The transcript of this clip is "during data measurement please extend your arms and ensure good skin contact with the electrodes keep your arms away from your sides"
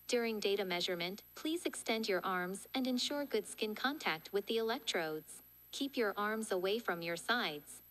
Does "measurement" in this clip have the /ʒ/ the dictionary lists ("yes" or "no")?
yes